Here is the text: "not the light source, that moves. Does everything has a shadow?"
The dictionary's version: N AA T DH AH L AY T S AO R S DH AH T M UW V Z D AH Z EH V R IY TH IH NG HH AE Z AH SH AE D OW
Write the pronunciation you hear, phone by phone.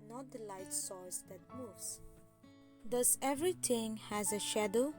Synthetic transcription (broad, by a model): N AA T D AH L AY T S AO L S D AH T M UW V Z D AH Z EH V R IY T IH NG HH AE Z AH SH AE D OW